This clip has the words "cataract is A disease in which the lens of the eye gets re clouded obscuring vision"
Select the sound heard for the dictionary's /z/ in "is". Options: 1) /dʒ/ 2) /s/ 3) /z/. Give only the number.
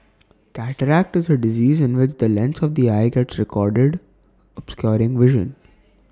3